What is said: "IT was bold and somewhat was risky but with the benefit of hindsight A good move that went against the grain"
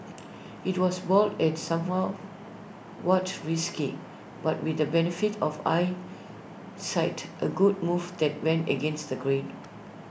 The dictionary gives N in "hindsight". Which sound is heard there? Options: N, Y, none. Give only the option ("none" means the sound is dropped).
none